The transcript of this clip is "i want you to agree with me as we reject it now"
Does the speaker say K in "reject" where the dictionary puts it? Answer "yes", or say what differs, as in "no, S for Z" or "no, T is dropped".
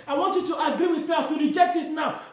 yes